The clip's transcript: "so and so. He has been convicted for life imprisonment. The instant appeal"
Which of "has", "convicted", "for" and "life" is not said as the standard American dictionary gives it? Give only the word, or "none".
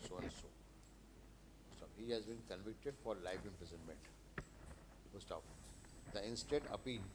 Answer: none